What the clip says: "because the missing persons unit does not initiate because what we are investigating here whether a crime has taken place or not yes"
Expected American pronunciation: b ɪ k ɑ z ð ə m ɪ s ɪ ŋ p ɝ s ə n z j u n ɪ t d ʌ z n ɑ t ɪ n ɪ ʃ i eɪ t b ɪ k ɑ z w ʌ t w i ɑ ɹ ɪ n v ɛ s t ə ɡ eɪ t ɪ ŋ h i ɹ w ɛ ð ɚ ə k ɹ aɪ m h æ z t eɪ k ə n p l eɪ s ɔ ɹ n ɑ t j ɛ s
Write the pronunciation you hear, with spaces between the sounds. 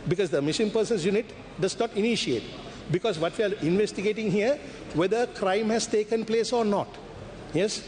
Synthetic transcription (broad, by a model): b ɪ k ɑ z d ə m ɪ ʃ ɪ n p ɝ s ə n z j u n ɪ t d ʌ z n ɑ t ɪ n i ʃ i eɪ t b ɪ k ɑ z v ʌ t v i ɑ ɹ ɪ n v ɛ s t ə ɡ eɪ t ɪ ŋ h i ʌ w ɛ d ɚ ə k ɹ aɪ m h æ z t eɪ k ə n p l eɪ s ɔ ɹ n ɑ t j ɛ s